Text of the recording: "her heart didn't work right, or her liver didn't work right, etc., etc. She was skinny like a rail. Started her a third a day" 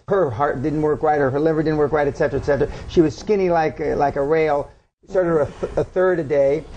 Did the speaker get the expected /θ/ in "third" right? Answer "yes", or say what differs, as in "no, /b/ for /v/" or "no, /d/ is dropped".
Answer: yes